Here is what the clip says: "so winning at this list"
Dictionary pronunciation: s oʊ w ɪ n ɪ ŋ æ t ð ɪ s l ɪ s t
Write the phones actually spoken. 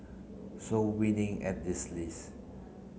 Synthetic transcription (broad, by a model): s oʊ w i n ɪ ŋ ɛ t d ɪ s l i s